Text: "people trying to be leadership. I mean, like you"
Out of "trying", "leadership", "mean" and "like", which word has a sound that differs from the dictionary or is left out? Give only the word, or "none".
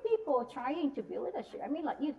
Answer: leadership